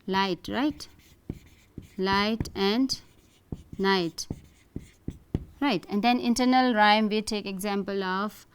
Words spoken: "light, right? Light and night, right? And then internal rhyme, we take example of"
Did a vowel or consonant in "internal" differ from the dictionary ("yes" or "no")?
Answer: no